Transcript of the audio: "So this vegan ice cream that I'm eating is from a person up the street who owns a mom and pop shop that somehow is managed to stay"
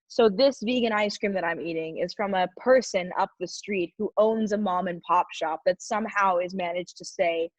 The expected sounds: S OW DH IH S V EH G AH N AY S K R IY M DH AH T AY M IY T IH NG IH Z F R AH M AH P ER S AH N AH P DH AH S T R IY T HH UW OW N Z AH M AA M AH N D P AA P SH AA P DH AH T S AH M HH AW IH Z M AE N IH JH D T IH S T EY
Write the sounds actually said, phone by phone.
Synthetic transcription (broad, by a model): S OW DH IH S V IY G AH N AY S K R IY M DH AH T AY M IY T IH NG IH Z F R AH M AH P ER S AH N AH P DH AH S T R IY T HH UW OW N Z AH M AA M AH N P AA P SH AA P DH AH T S AH M HH AW IH Z M AE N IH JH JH T IH S EY